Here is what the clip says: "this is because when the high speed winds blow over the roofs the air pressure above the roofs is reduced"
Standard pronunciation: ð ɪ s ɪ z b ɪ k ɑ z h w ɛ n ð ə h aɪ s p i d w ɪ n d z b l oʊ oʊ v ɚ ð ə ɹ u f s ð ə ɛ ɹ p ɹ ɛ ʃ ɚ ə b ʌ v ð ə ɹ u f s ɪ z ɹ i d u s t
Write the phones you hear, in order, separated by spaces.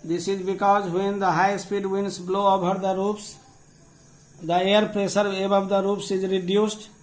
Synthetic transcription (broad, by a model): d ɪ s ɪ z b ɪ k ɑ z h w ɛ n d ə h aɪ s p i d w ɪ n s b l oʊ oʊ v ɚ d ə ɹ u p s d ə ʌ ɹ p ɹ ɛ s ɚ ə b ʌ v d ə ɹ u p s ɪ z ɹ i d u s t